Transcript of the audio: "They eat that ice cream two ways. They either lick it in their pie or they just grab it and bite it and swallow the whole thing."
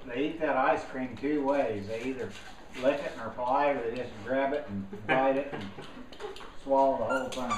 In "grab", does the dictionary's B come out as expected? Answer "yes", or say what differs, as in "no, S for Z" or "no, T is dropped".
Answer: yes